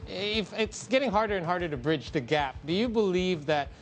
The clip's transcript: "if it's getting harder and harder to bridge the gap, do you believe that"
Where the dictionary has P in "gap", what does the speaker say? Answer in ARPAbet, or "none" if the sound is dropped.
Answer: P